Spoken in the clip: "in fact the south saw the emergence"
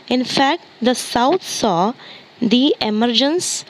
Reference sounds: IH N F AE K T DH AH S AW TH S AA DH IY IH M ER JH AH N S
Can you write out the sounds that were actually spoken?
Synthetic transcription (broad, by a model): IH N F AE K T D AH S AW T S AA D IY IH M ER JH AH N S